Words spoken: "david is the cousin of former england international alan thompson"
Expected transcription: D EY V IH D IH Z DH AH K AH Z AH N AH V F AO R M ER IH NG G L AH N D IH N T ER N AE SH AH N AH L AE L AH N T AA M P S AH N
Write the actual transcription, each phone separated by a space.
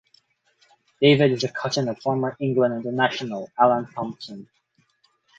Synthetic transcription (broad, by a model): D EY V IH D IH Z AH K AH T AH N AH V F AO R M ER IH NG G L AH N D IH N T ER N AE SH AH N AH L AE L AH N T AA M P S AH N